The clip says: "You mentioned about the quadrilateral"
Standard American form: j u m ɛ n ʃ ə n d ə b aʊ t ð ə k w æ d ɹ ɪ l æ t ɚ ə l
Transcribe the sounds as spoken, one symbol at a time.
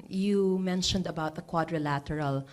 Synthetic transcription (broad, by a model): j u m ɛ n ʃ ə n d ə b aʊ t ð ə k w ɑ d ɹ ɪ l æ t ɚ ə l